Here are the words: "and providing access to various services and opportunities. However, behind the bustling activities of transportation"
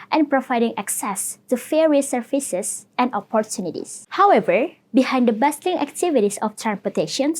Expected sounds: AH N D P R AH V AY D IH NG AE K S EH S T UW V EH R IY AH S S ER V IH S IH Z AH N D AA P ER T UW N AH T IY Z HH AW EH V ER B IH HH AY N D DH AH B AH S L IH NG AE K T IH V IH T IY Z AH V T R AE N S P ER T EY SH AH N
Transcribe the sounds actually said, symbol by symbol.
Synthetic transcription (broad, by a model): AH N P R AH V AY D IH NG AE K S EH S T UW F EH R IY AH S S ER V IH S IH S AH N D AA P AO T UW N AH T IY S HH AW EH V ER B IH HH AY N D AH B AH S L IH NG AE K T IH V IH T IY S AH F T R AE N S P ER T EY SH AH N